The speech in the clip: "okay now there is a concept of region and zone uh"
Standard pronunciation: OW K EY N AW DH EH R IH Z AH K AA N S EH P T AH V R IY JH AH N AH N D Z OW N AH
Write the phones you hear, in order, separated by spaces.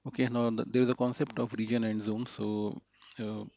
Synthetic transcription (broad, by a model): OW K EY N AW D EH R IH Z AH K AA N S EH P T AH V R IY JH AH N AH N D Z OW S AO